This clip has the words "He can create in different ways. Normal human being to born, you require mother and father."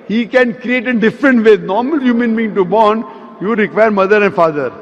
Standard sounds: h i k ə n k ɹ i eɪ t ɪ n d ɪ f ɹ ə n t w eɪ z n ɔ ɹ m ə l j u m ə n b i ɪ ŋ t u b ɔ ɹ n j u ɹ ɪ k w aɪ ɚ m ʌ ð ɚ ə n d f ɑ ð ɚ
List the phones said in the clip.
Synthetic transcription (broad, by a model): h i k ə n k ɹ i eɪ t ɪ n d ɪ f ɹ ə n t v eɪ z n ɔ ɹ m ə l j u m ə n b i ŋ t u b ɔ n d j u ɹ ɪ k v aɪ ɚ m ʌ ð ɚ ə n d f ɑ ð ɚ